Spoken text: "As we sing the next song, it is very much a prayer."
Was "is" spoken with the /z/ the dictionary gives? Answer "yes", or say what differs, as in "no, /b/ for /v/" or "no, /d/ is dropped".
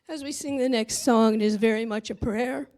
yes